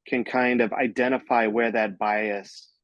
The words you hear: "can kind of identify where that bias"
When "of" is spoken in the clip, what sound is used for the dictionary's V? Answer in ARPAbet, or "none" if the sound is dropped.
V